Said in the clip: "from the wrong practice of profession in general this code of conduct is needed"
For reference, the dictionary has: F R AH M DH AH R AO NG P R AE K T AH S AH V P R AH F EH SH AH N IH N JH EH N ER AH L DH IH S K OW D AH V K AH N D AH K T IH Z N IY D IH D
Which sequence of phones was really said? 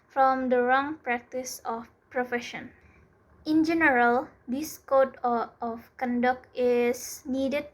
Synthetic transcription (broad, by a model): F R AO M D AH R AO NG P R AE K T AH S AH F P R AH F EH SH AH N IH N JH EH N ER AH L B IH S K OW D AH F K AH N D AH K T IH S N IY D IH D